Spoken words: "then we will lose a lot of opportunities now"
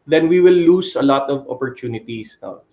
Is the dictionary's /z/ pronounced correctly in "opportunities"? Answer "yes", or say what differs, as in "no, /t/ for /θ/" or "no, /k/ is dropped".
no, /s/ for /z/